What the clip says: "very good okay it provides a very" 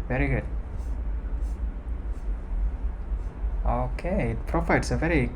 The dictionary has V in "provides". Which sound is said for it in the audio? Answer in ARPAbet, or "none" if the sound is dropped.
F